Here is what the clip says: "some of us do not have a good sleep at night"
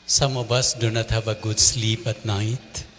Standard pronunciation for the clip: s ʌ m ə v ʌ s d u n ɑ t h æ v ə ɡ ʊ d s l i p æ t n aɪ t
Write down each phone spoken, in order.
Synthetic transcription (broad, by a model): s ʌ m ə b ʌ s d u n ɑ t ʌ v ə ɡ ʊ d s l i p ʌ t n aɪ t